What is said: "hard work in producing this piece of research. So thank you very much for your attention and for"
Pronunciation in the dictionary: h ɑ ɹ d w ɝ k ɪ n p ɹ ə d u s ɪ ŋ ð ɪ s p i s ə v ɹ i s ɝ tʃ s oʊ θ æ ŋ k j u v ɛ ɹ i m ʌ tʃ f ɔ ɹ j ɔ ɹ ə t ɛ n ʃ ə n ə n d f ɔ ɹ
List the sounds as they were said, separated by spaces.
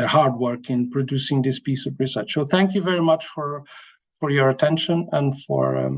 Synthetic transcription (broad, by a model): h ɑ ɹ d w ɝ k ɪ n p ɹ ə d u s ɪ ŋ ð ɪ s p i s ə v ɹ i s ɝ tʃ s oʊ θ æ ŋ k j u v ɛ ɹ i m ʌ tʃ f ɔ ɹ j ɔ ɹ ə t ɛ n ʃ ə n ə n d f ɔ ɹ